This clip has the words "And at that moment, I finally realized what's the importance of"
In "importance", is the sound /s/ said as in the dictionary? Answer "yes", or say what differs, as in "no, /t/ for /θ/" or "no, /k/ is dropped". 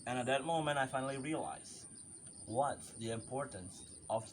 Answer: yes